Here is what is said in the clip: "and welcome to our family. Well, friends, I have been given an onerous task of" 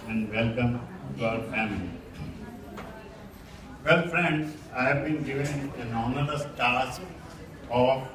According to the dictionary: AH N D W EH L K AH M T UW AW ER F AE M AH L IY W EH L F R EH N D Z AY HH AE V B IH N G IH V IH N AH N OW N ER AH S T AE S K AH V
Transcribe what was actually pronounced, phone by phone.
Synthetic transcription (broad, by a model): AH N D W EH L K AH M T UW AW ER F AE M AH L IY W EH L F R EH N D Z AY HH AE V B IH N G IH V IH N AH N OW N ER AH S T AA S AH